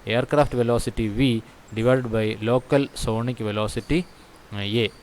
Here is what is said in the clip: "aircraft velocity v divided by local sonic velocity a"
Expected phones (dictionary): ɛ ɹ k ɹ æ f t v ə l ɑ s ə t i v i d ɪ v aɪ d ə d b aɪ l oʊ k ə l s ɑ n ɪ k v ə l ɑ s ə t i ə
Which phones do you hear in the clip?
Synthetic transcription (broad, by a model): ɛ ɹ k ɹ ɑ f t v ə l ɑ s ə t i v i d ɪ v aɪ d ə d b aɪ l oʊ k ə l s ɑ n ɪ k v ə l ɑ s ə t i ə